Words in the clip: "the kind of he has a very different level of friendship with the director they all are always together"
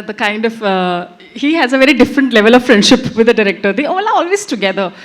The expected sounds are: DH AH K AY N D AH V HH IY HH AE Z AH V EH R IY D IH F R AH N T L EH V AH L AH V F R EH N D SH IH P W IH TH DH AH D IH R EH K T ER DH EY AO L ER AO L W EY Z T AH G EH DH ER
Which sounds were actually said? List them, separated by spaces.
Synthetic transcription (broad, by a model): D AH K AY N D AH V HH IY HH AE Z AH V EH R IY D IH F R AH N T L EH V AH L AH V F R EH N D SH IH P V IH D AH D IH R EH K T ER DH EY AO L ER AO L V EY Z T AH G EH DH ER